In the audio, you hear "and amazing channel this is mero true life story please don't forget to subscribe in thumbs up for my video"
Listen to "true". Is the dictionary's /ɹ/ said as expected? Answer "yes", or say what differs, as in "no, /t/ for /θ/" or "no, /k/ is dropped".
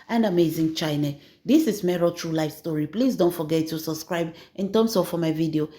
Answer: yes